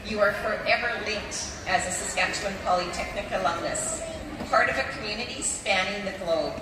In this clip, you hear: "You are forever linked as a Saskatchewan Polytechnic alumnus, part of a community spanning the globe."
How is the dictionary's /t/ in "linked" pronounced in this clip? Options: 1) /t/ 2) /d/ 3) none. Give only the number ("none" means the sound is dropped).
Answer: 1